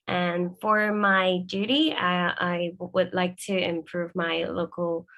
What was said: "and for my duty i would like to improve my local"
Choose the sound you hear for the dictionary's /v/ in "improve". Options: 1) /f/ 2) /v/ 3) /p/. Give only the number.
2